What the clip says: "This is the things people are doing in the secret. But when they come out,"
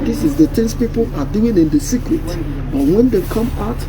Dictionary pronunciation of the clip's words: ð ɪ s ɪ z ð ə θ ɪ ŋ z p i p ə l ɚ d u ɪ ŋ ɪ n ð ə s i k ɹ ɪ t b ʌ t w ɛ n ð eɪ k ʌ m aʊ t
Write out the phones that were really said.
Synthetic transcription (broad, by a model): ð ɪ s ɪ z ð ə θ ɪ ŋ s p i p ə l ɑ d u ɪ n ɪ n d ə s i k ɹ ɪ t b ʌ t w ɛ n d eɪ k ʌ m aʊ t